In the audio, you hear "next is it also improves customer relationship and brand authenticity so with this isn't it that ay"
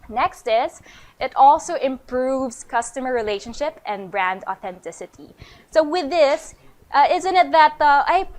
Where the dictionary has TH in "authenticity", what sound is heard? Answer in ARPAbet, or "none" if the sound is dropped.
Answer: TH